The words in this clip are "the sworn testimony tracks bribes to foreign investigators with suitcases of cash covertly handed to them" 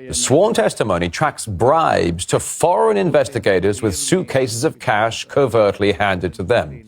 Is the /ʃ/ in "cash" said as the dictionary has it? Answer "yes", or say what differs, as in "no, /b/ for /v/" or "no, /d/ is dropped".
yes